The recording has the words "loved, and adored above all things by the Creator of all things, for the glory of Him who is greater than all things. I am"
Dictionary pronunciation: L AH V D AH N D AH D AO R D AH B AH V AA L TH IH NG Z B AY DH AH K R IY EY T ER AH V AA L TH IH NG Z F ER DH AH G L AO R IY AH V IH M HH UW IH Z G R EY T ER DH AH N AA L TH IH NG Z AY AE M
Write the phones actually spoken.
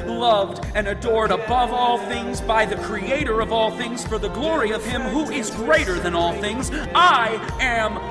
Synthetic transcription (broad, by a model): L AH V D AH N AH D AO R D AH B AH V AA L TH IH NG Z B AY DH AH K R IY EY T ER AH V AA L TH IH NG Z F ER DH AH G L AO R IY AH V IH M HH UW IH Z G R EY T ER DH AH N AA L TH IH NG Z AY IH M